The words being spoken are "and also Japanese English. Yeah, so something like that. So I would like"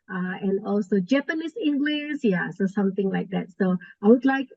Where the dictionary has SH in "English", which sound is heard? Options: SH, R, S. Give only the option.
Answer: S